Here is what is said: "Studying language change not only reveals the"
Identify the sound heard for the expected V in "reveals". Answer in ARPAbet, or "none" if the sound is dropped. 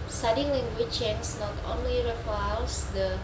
F